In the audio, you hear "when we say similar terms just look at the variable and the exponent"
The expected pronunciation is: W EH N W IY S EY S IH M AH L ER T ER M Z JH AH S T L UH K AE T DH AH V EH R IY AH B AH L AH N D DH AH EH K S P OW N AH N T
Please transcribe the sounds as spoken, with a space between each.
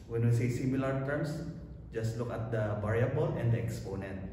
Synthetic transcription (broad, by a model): W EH N W IY S EY S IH M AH L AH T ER M S JH AH S T L UH K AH T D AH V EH R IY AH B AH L AH N D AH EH K S P OW N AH N T